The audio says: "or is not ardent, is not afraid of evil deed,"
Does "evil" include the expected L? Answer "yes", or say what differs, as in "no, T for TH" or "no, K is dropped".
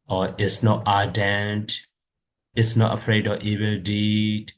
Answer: yes